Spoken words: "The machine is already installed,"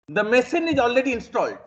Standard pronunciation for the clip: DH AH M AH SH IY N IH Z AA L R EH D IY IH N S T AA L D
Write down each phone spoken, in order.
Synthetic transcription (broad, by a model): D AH M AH S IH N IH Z AA L R EH D IY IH N S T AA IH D